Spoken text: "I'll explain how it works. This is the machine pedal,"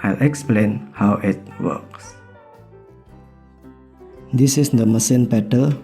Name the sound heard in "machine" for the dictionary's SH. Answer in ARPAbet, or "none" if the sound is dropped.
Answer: S